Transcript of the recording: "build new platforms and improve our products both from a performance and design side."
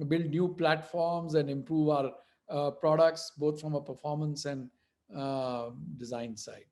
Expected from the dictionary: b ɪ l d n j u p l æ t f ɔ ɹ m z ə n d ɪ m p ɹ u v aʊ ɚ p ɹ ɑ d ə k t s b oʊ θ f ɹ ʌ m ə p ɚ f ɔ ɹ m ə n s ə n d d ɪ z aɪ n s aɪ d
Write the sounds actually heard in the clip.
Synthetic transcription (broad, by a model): b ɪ l d n j u p l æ t f ɔ ɹ m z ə n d ɪ m p ɹ u v aʊ ɚ p ɹ ɑ d ə k t s b oʊ t f ɹ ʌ m ə p ɚ f ɔ ɹ m ə n s ə n d d ɪ z aɪ n s aɪ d